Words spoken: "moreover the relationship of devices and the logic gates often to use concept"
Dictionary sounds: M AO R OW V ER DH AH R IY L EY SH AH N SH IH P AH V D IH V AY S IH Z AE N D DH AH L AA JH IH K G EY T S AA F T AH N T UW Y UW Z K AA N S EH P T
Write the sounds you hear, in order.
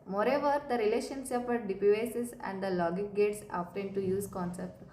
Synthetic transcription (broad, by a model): M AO R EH V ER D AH R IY L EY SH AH N S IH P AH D D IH P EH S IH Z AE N D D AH L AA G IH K G EY T S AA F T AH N T UW Y UW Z K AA N S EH P T